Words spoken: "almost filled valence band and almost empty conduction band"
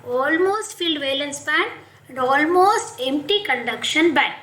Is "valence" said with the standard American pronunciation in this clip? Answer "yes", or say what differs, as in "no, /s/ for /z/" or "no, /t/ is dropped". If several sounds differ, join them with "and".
yes